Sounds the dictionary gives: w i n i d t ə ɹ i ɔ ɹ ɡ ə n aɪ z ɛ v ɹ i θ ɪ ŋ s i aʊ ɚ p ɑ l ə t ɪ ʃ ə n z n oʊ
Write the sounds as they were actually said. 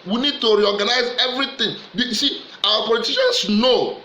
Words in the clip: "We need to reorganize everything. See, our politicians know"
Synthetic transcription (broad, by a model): w i n i d t ə ɹ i ɔ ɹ ɡ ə n aɪ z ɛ v ɹ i t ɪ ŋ s i aʊ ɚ p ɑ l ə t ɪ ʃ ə n s n oʊ